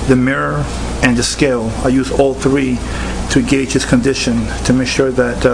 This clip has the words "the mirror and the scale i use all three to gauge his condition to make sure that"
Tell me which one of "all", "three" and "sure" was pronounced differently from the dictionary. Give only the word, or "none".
none